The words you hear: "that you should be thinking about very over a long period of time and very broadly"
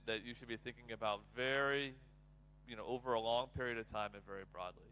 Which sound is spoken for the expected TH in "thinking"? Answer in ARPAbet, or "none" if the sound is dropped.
TH